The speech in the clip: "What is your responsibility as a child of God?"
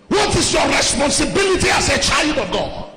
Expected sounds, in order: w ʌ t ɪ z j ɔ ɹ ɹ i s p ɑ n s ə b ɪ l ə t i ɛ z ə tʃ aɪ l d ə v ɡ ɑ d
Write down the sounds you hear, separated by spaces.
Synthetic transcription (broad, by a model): w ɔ t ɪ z j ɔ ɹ ɹ i s p ɑ n s ə b ɪ l ə t i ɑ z ə tʃ aɪ l d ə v ɡ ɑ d